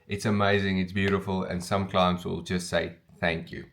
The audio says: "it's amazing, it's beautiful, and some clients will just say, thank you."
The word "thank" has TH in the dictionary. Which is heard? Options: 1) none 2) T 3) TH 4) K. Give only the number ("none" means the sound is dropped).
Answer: 3